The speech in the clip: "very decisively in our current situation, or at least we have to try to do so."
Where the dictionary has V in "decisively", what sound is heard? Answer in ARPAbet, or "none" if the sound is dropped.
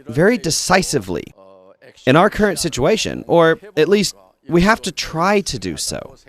V